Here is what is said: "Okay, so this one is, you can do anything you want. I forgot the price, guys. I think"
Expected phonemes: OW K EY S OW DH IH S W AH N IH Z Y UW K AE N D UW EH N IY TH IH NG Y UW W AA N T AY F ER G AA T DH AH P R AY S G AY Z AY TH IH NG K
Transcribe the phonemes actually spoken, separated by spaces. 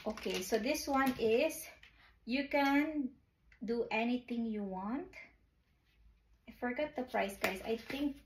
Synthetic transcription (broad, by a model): OW K EY S OW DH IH S W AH N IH S Y UW K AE N D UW EH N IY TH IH NG Y UW W AA N T AY F ER G AA T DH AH P R AY S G AY S AY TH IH NG K